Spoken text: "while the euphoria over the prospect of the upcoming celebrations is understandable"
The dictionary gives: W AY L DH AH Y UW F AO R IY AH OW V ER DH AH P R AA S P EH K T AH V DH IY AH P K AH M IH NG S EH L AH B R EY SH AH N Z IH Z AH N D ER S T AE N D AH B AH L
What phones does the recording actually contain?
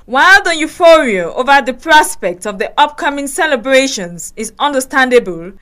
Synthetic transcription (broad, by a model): W AY L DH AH Y UW F AO R IY AH OW V ER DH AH P R AA S P EH K T AH V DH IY AH P K AH M IH NG S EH L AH B R EY SH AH N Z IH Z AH N D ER S T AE N D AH B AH L